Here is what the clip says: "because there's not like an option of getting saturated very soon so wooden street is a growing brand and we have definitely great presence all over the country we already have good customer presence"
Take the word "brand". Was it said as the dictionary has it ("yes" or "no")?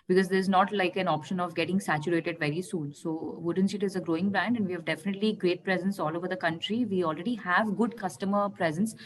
yes